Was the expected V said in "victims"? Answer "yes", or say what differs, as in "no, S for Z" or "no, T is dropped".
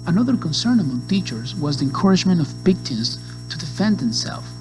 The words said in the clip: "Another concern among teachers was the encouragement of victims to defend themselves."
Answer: no, B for V